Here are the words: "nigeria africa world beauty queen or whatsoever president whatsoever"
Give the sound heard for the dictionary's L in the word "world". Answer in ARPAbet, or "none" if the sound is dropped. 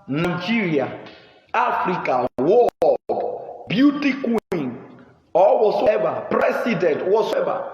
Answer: none